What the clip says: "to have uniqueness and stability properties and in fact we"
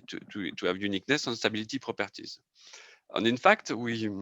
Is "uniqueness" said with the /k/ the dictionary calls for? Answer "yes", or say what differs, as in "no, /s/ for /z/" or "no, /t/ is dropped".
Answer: yes